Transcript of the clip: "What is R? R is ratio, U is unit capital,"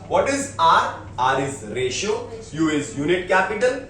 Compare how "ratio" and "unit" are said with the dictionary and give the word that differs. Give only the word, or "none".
none